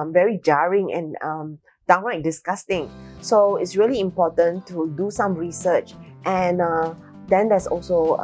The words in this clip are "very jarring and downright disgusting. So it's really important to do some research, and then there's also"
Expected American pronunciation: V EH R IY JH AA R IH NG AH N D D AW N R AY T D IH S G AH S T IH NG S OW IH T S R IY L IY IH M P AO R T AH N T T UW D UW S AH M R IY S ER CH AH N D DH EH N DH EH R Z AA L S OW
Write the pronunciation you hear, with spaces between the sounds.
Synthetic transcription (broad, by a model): V EH R IY JH AA R IH NG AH N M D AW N L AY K D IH S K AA S T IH NG S OW IH T S R IY L IY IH M P AO T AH N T T UW D UW S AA M R IY S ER CH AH N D EH N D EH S AA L S OW